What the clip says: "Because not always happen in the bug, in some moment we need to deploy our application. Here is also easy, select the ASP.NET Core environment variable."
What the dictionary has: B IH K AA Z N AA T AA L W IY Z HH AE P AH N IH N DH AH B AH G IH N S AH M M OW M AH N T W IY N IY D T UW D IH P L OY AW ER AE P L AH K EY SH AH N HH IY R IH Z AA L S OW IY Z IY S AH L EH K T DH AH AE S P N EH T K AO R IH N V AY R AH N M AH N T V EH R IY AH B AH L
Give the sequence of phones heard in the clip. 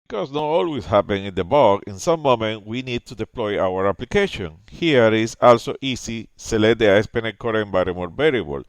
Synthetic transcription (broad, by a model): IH K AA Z N AA T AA L W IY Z HH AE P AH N IH N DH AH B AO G IH N S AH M M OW M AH N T W IY N IY D T UW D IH P L OY AW ER AE P L AH K EY SH AH N HH IY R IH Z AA L S OW IY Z IY S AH L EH T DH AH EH S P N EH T K AO R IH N B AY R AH M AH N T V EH R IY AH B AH L